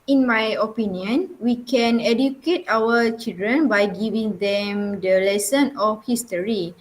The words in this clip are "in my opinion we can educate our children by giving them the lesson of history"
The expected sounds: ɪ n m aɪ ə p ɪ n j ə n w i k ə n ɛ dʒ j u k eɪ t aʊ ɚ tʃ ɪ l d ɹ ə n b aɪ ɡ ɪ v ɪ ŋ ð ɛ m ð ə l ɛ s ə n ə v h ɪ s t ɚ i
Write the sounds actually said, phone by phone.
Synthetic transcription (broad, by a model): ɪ n m aɪ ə p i n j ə n w i k ə n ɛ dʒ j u k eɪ t aʊ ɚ tʃ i l d ɹ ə n b aɪ ɡ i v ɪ ŋ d ɛ m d ə l ɛ s ə n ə f h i s t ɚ i